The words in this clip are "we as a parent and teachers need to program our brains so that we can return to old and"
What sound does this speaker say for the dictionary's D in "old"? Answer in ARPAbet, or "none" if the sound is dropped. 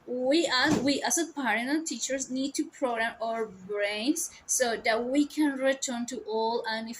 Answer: none